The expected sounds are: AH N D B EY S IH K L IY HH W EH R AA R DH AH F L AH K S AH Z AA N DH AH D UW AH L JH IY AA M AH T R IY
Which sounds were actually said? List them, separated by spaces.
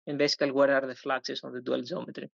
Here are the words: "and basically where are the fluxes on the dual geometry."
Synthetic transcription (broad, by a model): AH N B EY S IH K IY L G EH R AA R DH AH F L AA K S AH S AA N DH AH D UW AH L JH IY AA M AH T R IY